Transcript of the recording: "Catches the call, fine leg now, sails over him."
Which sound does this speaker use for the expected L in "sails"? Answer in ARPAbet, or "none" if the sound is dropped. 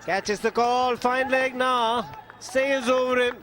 none